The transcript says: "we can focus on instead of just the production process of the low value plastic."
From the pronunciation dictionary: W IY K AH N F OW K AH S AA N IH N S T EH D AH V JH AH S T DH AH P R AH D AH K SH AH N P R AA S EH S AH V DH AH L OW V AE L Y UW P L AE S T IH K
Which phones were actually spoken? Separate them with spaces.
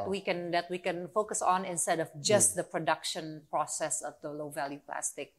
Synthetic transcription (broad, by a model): W IY K AH N F OW K AH S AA N IH N S T EH D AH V JH AH S T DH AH P R AH D AH K SH AH N P R AA S EH S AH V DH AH L OW V AE L Y UW P L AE S T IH K